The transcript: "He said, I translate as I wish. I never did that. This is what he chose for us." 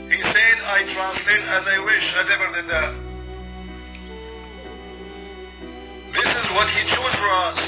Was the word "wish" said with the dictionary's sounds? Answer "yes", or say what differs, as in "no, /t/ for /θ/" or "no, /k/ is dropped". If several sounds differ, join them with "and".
yes